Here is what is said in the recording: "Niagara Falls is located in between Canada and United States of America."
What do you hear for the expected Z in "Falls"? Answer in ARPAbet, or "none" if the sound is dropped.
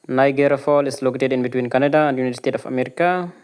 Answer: none